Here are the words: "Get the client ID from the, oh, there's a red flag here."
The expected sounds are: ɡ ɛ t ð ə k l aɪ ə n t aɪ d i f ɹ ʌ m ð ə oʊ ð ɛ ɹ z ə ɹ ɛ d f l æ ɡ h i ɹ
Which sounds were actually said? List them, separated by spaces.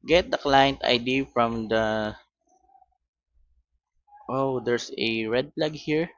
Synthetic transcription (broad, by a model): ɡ ɛ t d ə k l aɪ ə n t aɪ d i f ɹ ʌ m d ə oʊ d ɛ ɹ s ə ɹ ɛ d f l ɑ ɡ h i ɹ